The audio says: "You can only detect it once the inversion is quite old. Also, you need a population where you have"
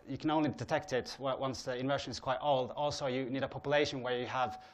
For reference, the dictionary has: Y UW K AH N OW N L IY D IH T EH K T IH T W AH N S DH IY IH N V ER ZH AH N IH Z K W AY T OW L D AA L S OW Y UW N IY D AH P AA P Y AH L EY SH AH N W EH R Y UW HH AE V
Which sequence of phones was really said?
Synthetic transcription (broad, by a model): Y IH K AH N OW N L IY D IH T EH K T IH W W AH N S DH IY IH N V ER SH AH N IH Z K W AY T OW L D AA L S OW Y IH N IY D AH P AA P Y AH L EY SH AH N W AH R Y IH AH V